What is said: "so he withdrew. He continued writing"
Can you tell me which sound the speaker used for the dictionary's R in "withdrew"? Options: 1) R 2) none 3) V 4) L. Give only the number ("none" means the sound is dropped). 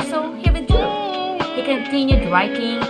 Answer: 2